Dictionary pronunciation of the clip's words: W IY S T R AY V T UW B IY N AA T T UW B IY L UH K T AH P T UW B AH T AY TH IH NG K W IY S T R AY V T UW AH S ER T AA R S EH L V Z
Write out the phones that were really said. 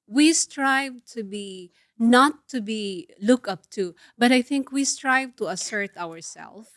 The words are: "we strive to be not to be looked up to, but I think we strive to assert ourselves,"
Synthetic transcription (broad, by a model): W IY S T R AY V T UW B IY N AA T T UW B IY L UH K AH P T UW B AH T AY TH IH NG K W IY S T R AY V T UW AH S ER T AA R S EH L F